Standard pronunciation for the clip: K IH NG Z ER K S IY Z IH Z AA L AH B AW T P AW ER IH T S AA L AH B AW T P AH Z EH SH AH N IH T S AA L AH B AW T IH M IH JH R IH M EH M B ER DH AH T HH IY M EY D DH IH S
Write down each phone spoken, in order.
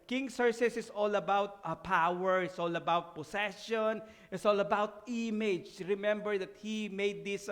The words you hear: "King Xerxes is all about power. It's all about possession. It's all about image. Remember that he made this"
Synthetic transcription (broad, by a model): K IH NG S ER S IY S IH S AA L AH B AW T P AW ER IH T S AA L AH B AW T P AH S EH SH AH N IH T S AA L AH B AW T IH M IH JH R IH M EH M B ER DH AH T HH IY M EY D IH S